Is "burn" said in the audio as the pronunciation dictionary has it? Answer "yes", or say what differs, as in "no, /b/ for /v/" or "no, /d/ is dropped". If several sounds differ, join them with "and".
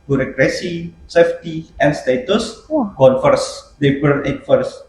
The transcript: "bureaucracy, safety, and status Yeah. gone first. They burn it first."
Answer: no, /l/ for /n/